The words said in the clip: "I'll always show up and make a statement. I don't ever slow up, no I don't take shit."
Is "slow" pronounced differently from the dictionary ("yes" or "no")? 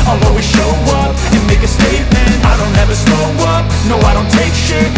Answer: yes